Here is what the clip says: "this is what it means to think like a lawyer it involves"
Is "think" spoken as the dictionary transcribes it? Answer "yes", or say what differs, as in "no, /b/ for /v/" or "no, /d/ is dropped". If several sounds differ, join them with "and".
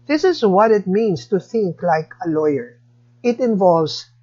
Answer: yes